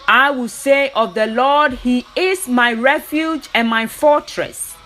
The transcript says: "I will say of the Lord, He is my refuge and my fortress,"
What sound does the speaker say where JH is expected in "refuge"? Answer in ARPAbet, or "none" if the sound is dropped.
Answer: JH